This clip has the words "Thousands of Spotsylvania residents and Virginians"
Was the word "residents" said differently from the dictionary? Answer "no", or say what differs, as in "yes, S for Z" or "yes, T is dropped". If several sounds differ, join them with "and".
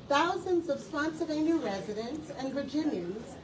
no